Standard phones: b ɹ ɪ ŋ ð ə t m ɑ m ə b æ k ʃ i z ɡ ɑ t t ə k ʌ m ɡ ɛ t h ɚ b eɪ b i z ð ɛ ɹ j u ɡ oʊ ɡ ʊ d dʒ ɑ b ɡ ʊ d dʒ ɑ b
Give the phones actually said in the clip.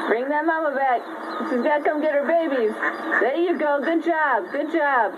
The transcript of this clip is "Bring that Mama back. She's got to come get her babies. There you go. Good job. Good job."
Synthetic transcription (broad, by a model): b ɹ ɪ ŋ ð ə t m ɑ m ə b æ k s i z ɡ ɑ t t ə k ʌ m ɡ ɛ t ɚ b eɪ b i z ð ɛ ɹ j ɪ ɡ oʊ ɡ ʊ d dʒ ɑ b ɡ ʊ d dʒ ɑ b